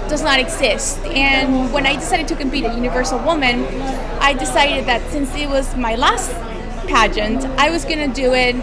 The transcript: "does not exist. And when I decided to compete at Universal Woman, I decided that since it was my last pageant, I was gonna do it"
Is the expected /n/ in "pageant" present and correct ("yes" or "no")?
yes